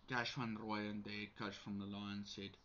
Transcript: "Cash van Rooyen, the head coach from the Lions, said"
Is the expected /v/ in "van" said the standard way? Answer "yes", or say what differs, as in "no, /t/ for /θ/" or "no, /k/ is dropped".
no, /w/ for /v/